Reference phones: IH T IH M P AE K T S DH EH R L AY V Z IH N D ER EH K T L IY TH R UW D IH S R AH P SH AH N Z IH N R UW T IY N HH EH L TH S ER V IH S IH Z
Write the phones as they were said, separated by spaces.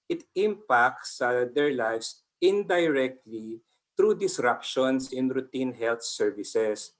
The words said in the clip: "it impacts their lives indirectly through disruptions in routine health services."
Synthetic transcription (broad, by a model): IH T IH M P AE K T S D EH R L AY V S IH N D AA EH K T L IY T R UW D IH S R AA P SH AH N S IH N R UW T IY N HH EH L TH S ER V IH S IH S